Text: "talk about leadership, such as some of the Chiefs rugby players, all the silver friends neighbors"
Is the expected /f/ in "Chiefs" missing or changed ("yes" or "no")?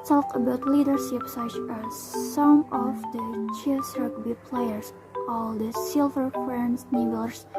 yes